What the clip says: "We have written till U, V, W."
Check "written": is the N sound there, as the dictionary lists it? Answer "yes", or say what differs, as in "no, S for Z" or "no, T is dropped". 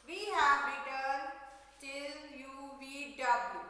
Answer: no, L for N